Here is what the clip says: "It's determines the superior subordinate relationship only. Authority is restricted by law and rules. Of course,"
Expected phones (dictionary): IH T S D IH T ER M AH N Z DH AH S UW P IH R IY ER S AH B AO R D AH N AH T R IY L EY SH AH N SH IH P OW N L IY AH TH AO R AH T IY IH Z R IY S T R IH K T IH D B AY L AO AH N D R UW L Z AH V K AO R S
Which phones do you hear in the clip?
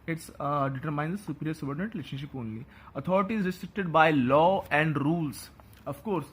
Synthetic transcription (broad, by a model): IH T S D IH T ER M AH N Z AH S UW P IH R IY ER S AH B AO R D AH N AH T R IY L EY SH AH N SH IH P OW N L IY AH T AO R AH T IY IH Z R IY S T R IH K T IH D B AY L AO AH N D R UW L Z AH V K AO R S